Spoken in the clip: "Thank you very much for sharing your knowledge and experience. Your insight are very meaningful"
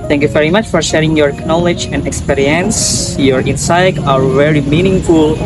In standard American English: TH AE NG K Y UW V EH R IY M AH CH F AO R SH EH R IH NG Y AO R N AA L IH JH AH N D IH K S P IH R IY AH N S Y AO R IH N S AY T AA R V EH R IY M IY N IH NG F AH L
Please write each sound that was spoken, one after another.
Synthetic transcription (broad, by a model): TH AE NG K Y UW V EH R IY M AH CH F AO R SH EH R IH NG Y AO R N AA L IH JH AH N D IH K S P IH R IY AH N S Y AO R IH N S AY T AA R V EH R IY M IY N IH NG F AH L